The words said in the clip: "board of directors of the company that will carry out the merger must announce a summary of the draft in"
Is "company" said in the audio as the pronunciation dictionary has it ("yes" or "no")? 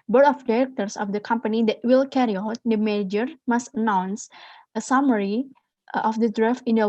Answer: yes